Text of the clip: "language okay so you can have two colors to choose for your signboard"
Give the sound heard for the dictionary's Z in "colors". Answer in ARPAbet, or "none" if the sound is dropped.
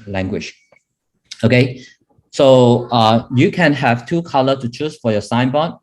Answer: none